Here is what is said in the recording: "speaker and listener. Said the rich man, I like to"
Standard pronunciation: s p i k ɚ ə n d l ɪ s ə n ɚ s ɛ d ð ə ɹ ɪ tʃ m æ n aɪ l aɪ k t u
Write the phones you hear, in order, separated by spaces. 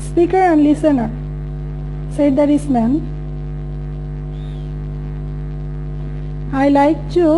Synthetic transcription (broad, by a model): s p i k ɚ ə n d l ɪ s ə n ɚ s ɛ d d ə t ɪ s m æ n aɪ l aɪ k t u